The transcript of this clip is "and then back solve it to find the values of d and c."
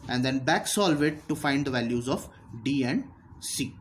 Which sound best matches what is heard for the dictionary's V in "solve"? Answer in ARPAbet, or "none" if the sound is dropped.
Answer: V